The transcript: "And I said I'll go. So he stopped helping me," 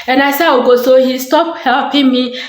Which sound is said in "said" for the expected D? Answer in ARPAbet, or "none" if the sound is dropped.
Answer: none